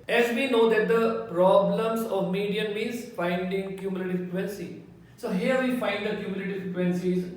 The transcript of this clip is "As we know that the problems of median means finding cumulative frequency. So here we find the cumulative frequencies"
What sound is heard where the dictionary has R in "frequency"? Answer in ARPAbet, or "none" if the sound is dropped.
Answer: none